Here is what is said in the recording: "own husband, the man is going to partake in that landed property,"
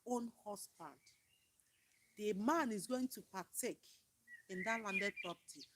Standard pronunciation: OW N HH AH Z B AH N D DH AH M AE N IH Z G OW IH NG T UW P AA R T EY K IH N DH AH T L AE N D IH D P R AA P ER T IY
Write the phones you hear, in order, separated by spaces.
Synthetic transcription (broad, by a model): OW N HH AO S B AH N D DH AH M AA N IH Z G OW IH NG T UW P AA T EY K IH N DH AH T L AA N D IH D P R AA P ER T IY